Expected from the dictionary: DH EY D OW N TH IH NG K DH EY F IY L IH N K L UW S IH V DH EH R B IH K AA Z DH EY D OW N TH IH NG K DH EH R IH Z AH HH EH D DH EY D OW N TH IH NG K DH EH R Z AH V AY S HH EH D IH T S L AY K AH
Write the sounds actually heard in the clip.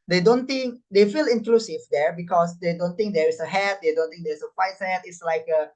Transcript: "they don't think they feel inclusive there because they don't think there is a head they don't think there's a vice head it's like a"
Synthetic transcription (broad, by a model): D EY D OW N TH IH NG K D EY F IY L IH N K L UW S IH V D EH R B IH K AA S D EY D OW N T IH NG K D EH R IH S AH HH EH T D EY D OW N T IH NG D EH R S AH F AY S HH EH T IH T S L AY K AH